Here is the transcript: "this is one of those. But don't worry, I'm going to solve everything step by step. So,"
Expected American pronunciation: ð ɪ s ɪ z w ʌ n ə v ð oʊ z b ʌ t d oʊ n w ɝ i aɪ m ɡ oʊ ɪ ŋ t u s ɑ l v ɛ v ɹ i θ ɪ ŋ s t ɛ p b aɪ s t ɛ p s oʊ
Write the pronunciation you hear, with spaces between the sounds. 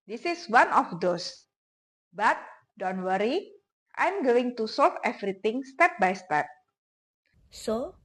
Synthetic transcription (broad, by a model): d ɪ s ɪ s w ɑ n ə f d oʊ s b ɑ t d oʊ n w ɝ i aɪ m ɡ oʊ ɪ ŋ t u s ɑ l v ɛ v ɹ i t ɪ ŋ s t ɛ p b aɪ s t ɛ p s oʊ